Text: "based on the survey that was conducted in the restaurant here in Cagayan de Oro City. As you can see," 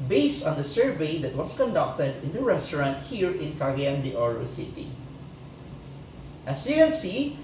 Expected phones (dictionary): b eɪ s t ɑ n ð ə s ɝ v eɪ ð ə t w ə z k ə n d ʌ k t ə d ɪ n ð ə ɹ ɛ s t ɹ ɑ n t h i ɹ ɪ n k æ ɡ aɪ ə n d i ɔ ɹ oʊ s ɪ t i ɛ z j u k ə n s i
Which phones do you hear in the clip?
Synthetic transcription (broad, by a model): b eɪ s t ɑ n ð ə s ɝ v eɪ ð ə t w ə s k ə n d ʌ k t ə d ɪ n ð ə ɹ ɛ s t ɹ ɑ n t h i ɹ ɪ n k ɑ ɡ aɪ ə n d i ɔ ɹ oʊ s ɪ t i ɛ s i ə l s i